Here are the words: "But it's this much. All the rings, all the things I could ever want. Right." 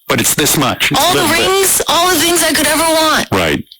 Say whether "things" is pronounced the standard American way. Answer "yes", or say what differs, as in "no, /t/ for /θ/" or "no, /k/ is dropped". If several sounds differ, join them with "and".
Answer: yes